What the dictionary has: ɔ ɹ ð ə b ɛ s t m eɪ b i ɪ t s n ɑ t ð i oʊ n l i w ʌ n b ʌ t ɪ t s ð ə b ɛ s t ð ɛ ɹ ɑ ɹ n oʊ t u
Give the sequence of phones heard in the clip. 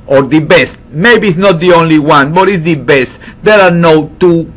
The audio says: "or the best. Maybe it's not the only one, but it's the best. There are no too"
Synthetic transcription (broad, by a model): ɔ ɹ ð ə b ɛ s t m eɪ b i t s n ɑ t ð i oʊ n l i w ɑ n b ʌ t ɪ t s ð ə b ɛ s t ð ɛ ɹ ɑ ɹ n oʊ t u